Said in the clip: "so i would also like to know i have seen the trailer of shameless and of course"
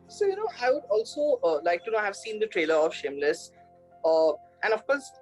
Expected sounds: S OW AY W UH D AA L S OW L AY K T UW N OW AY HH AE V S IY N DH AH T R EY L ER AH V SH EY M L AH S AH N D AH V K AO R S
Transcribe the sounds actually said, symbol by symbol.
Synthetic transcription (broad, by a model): S OW AY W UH D AA L S OW L AY K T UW N OW AY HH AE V S IY N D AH T R EY L ER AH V SH EY M L AH S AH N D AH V K AO R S